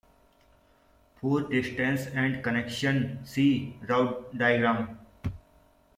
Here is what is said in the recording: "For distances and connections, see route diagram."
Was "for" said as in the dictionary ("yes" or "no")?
no